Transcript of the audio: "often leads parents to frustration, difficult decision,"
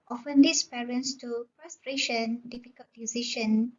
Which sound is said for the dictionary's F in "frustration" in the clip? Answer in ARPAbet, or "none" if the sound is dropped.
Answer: P